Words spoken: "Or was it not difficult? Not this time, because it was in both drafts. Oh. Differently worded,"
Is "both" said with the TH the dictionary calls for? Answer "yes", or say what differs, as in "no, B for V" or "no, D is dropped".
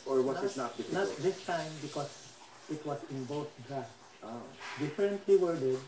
no, T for TH